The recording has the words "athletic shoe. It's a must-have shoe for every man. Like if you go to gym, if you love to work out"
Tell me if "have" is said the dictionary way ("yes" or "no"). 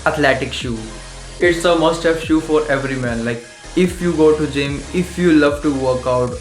no